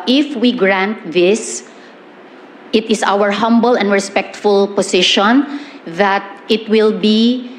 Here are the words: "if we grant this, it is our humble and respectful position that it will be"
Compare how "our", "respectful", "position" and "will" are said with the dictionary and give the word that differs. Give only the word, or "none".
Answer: position